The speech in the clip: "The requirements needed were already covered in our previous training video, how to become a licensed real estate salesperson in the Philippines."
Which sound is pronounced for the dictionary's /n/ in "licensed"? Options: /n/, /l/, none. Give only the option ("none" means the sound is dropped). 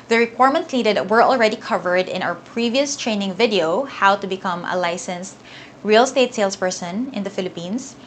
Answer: /n/